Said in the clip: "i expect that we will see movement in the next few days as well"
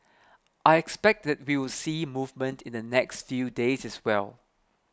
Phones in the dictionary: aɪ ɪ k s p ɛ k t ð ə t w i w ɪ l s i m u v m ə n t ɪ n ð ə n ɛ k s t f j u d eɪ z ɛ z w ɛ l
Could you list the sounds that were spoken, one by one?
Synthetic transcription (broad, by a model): aɪ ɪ k s p ɛ k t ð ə t w i w ɪ l s i m u v m ə n t ɪ n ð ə n ɛ k s t f j u d eɪ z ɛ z w ɛ l